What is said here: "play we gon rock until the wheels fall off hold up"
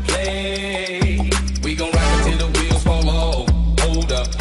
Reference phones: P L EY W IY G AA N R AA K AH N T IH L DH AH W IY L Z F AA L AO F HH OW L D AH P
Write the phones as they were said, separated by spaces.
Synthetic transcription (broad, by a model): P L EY W IY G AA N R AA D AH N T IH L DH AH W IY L F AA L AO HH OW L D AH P